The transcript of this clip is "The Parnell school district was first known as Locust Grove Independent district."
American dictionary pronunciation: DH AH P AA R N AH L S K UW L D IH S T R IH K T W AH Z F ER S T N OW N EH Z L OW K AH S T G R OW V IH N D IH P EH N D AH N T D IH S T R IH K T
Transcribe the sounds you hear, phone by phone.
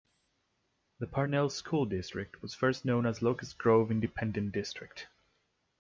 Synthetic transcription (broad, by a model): DH AH P AA R N AH L S K UW L D IH S T R IH K T W AH Z F ER S T N OW N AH Z L OW K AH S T G R OW V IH N D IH P EH N D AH N D IH S T R IH K T